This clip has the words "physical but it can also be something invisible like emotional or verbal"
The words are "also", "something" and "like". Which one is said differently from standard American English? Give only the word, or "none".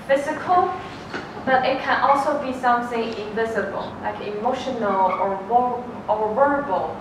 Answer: something